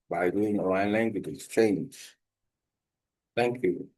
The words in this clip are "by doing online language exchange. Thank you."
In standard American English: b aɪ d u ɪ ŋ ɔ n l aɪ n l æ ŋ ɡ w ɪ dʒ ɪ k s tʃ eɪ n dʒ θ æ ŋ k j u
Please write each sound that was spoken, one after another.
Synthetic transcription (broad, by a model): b aɪ d u ɪ ŋ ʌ l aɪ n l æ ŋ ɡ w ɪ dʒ ɪ k s tʃ eɪ n dʒ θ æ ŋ k j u